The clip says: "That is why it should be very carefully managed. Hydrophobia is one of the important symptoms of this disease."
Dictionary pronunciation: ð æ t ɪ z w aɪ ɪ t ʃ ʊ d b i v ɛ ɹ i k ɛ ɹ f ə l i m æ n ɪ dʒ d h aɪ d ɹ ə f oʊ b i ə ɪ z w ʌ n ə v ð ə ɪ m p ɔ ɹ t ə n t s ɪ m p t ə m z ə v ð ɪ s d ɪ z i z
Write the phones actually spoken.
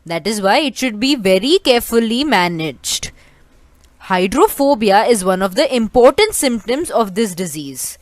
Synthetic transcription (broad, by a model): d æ t ɪ z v aɪ ɪ t ʃ ʊ d b i v ɛ ɹ i k ɛ ɹ f ə l i m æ n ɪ dʒ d h aɪ d ɹ ə f oʊ b i ə ɪ z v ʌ n ə v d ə ɪ m p ɔ ɹ t ə n t s ɪ m p t ə m z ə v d ɪ s d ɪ z i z